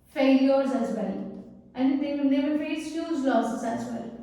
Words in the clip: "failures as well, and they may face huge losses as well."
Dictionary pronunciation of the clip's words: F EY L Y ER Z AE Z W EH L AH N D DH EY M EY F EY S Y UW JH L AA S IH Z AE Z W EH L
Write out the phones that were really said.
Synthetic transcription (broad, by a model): F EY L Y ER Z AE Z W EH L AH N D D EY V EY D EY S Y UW Z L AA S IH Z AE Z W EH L